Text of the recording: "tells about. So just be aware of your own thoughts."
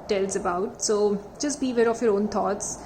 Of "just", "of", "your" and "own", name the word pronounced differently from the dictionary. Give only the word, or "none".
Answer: of